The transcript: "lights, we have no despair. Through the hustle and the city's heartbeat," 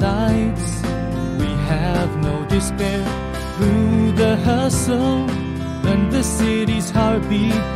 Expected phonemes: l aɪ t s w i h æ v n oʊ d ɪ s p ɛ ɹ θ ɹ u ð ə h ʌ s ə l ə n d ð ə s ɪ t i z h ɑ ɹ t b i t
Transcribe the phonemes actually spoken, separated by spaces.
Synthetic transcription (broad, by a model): aɪ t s w i h æ v n oʊ d ɪ s p ɛ ɹ θ ɹ u ð ə h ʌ s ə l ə n ð ə s ɪ t i z h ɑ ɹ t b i